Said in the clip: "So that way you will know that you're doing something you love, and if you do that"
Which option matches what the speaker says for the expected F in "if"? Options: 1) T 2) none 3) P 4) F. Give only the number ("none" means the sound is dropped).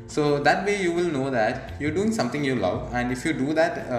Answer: 4